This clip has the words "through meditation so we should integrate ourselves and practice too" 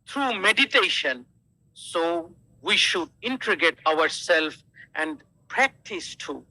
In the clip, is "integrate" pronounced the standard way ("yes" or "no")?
no